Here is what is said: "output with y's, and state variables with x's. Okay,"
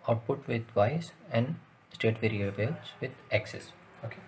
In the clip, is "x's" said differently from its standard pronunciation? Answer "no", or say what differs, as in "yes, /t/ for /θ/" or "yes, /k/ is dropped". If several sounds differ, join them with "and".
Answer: yes, /s/ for /z/